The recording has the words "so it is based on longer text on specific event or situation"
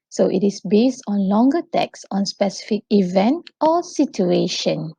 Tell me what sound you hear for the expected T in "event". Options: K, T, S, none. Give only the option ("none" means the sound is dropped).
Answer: T